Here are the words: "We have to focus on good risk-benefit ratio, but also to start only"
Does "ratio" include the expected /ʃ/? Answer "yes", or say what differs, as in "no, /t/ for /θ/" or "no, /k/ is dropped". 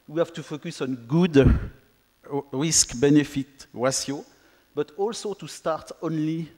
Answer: no, /s/ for /ʃ/